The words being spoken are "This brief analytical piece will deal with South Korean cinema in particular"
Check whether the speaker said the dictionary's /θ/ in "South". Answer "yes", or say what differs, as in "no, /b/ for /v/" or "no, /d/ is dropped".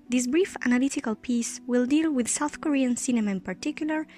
yes